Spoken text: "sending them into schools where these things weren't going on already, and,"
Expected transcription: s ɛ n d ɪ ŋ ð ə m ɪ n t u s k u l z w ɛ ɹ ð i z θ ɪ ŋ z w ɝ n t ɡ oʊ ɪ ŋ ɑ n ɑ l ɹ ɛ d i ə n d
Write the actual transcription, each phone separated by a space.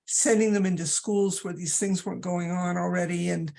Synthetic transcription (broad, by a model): s ɛ n d ɪ ŋ ð ə m ɪ n t u s k u l z w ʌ ɹ ð i z θ ɪ ŋ z w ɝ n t ɡ oʊ ɪ ŋ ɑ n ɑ l ɹ ɛ d i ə n